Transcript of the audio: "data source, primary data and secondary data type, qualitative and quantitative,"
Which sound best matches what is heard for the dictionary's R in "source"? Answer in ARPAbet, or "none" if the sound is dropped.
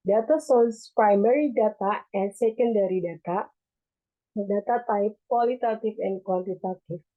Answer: L